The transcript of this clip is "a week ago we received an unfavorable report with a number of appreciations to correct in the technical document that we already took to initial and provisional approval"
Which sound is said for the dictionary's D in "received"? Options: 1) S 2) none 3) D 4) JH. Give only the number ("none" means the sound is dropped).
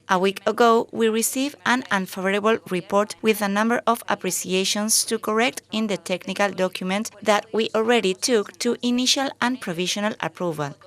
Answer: 2